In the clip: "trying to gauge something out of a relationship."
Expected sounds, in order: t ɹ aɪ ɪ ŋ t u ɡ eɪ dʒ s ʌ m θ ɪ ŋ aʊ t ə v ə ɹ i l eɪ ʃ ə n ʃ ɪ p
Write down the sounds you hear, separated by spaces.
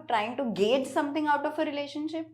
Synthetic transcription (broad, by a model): t ɹ aɪ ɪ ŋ t u ɡ eɪ dʒ s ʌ m t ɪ ŋ aʊ t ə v ə ɹ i l eɪ ʃ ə n ʃ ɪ p